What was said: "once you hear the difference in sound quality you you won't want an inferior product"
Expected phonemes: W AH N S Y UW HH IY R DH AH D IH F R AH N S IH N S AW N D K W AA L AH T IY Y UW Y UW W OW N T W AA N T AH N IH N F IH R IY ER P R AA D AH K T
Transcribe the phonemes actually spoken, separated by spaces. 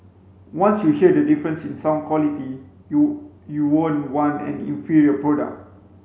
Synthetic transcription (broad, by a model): W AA N S Y UW HH IY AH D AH D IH F R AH N S IH N S AW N K W AA L AH T IY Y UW Y UW W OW N W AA N AH N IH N F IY R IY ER P R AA D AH K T